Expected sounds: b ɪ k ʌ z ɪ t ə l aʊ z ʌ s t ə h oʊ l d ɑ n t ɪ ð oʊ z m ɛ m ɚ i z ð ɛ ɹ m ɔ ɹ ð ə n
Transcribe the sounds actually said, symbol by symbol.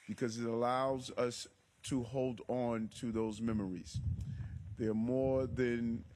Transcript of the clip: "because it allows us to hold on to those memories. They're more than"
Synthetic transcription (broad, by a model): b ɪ k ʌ z ɪ t ə l aʊ z ʌ s t ə h oʊ l d n t ɪ ð oʊ z m ɛ m ɚ i z ð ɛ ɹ m ɔ ɹ ð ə n